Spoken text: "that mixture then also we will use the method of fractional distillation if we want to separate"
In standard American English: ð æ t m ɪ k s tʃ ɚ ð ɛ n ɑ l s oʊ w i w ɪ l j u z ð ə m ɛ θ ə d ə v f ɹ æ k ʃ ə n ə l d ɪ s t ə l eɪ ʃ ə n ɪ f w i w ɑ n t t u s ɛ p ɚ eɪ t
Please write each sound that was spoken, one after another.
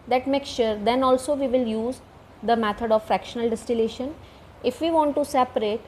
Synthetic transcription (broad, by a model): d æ t m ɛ k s ʃ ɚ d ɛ n ɑ l s oʊ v i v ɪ l j u z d ə m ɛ t ə d ə v f ɹ æ k ʃ ə n ə l d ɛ s t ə l eɪ ʃ ə n ɪ f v i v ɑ n t t u s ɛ p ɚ eɪ t